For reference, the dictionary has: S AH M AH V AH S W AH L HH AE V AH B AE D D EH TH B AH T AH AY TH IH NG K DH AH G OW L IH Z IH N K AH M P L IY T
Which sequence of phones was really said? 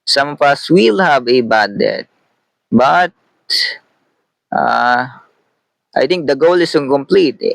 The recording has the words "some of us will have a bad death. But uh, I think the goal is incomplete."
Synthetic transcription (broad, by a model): S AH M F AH S W AH L HH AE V AH B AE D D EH T B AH T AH AY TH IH NG K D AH G OW L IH S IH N K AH M P L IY T